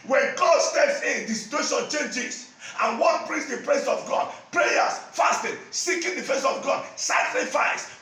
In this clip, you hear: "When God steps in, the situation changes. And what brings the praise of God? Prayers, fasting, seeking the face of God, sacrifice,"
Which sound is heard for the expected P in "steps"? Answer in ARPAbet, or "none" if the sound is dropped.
P